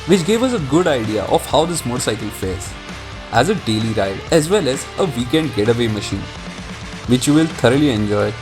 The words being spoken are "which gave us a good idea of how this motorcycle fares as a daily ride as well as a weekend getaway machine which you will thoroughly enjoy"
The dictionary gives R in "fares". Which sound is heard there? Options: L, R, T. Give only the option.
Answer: L